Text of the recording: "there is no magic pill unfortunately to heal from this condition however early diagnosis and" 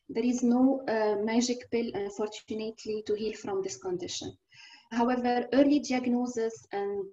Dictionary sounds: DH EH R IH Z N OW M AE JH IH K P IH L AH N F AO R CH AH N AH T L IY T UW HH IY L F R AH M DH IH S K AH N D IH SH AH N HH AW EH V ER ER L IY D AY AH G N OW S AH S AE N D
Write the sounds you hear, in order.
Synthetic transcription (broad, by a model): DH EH R IH Z N OW M AE JH IH K P IH L AH N F AO R CH AH N AH T L IY T UW HH IY L F R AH M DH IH S K AH N D IH SH AH N HH AW EH V ER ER L IY D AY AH G N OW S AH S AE N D